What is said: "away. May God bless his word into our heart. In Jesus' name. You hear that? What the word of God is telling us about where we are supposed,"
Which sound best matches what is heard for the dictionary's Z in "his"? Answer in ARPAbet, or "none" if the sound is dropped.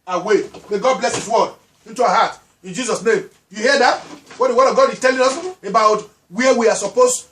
S